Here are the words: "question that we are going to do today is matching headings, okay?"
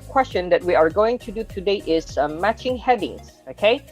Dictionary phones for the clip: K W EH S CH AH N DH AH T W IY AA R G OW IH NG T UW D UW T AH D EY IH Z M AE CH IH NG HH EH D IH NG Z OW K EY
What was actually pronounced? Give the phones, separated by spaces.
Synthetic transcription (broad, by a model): K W EH S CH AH N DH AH T W IY AA R G OW IH NG T UW D UW T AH D EY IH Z M AE CH IH NG HH EH D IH NG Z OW K EY